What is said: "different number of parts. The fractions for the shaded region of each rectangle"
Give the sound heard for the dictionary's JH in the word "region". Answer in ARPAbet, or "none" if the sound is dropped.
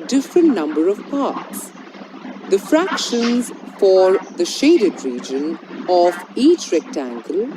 JH